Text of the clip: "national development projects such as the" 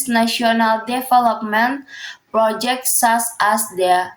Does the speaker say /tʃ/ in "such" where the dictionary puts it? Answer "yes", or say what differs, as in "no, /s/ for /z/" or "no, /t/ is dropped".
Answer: no, /s/ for /tʃ/